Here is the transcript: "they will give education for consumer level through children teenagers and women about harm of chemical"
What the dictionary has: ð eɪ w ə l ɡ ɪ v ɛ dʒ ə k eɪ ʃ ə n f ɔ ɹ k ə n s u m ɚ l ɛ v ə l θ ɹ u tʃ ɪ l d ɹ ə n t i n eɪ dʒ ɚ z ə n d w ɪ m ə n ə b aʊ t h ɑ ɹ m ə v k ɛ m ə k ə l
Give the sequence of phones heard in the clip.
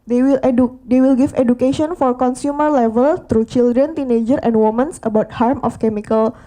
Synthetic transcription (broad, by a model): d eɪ w ə l ɡ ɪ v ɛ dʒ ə k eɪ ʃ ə n f ɔ ɹ k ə n s u m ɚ l ɛ v ə l t ɹ u tʃ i l d ɹ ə n t i n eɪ dʒ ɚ ə n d w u m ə n ə b aʊ t h ɑ ɹ m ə f k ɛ m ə k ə l